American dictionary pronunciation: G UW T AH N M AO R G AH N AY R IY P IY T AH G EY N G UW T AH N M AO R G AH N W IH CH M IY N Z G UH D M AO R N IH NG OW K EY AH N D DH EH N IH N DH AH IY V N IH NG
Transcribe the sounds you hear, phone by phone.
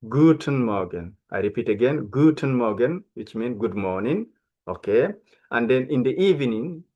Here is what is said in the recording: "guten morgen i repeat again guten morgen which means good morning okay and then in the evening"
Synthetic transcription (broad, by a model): G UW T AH N M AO G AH N AY R IY P IY T AH G EY N G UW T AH N M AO G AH N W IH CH M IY N G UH D M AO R N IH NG OW K EY AH N D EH N IH N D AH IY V N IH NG